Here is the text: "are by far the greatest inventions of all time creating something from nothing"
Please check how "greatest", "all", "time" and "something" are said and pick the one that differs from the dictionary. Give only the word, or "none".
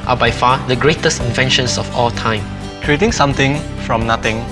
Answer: something